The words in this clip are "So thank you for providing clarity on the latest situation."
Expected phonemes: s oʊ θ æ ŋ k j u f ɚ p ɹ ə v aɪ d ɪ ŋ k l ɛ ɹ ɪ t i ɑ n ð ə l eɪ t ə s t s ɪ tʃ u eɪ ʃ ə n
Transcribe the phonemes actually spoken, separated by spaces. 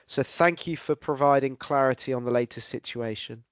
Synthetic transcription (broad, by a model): s oʊ θ æ ŋ k j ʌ f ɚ p ɹ ə v aɪ d ɪ ŋ k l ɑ ɹ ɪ t i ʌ n ð ə l eɪ t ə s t s ɪ tʃ u eɪ ʃ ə n